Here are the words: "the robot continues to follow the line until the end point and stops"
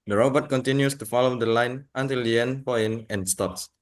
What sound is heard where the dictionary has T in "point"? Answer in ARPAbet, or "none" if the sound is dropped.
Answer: none